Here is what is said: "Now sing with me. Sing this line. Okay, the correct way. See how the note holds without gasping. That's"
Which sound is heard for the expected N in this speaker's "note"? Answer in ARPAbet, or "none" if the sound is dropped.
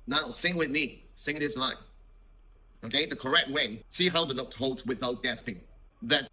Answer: L